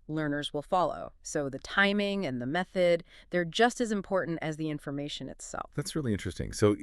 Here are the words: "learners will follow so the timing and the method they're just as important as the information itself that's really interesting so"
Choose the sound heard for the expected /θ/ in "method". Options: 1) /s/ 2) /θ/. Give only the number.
2